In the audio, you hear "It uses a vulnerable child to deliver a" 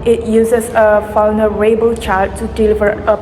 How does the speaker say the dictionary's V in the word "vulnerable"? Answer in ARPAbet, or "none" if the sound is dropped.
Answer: F